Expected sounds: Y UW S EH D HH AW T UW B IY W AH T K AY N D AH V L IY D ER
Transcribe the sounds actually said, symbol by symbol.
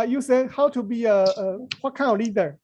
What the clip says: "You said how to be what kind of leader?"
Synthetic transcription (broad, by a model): Y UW S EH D HH AW T UW B IY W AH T K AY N AH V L IY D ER